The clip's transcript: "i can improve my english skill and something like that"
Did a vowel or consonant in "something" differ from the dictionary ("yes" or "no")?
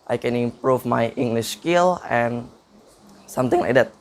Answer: yes